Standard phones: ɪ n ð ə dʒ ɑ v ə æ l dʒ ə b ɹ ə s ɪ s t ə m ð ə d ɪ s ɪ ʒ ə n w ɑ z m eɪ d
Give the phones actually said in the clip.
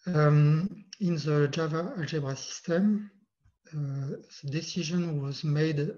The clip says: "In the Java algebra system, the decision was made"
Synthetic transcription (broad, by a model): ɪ n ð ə dʒ ɑ v ə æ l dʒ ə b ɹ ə s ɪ s t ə m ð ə d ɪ s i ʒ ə n w ɑ z m eɪ d